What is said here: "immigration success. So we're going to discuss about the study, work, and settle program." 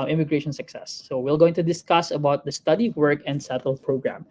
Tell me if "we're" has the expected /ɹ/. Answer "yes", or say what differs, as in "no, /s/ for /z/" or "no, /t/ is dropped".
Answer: no, /l/ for /ɹ/